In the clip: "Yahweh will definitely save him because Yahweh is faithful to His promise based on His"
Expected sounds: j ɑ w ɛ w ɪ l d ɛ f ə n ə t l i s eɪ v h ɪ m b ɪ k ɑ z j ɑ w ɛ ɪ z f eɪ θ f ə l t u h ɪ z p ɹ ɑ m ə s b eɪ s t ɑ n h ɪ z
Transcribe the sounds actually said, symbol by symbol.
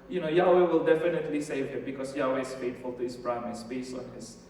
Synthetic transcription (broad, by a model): j ɑ w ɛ w ɪ l d ɛ f ə n ə t l i s eɪ v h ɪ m b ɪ k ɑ s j ɑ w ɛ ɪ s f eɪ t f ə l t u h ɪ s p ɹ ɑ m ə s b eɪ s ɑ n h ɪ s